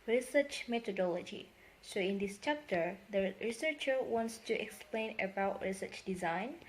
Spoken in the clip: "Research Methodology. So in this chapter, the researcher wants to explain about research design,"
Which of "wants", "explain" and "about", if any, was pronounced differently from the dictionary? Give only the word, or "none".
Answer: none